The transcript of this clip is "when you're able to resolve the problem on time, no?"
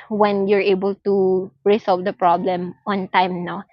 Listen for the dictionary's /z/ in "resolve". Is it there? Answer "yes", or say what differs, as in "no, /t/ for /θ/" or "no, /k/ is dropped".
no, /s/ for /z/